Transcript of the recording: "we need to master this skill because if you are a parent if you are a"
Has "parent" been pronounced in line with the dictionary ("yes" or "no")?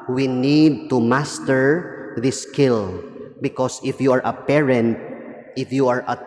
yes